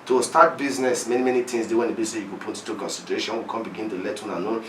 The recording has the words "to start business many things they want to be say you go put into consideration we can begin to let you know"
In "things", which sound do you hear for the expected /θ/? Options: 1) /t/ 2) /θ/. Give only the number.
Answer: 1